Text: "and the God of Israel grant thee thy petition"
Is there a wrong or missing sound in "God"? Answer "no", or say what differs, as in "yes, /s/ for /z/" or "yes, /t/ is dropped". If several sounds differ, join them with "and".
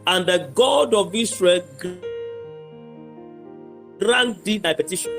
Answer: no